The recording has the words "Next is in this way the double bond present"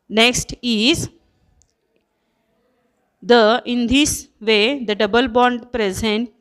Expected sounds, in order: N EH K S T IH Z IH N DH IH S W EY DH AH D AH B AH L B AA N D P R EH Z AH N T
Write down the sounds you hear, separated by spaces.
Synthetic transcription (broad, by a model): N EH K S T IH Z IH N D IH S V EY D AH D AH B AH L B AA N D P R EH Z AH N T